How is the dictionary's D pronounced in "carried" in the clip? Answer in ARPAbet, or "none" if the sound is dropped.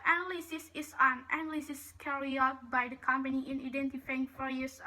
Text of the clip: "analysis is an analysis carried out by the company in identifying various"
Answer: none